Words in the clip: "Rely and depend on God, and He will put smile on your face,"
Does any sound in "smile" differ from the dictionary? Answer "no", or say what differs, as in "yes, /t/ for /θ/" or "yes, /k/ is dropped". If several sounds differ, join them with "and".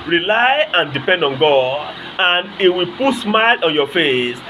no